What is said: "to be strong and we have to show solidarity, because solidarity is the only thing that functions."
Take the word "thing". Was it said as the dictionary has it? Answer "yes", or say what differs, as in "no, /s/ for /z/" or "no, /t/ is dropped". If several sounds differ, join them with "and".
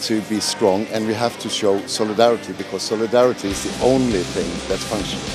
yes